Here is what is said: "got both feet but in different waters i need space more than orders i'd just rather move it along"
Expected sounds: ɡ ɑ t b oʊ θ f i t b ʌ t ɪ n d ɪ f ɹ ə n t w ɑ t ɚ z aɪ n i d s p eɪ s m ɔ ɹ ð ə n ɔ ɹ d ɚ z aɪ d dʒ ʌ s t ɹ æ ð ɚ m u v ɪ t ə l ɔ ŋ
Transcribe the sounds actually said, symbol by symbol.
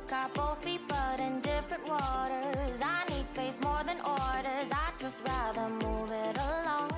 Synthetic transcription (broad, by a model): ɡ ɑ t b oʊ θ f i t b ʌ t ɪ n d ɪ f ɹ ə n t w ɑ t ɚ z aɪ n i d s p eɪ s m ɔ ɹ ð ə n ɔ ɹ d ɚ z aɪ dʒ ʌ s t ɹ æ ð ɚ m u v ɪ t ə l ɔ ŋ